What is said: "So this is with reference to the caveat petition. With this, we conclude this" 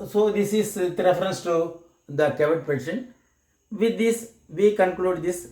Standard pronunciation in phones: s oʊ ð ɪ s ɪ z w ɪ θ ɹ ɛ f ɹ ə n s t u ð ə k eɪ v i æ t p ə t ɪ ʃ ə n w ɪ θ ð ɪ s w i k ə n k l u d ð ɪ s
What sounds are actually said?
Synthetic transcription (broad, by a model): s oʊ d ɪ s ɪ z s ɹ ɛ f ɹ ə n s t u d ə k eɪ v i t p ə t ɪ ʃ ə n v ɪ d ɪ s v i k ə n k l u d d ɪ s